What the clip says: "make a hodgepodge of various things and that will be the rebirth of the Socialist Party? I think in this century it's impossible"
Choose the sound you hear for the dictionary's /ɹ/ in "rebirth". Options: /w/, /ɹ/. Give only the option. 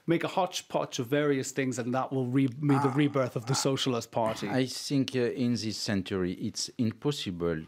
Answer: /ɹ/